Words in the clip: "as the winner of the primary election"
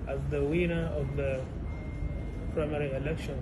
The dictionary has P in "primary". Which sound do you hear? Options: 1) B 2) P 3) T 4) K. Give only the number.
2